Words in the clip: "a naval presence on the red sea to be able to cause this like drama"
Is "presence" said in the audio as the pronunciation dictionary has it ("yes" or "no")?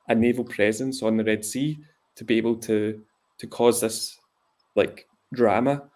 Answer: yes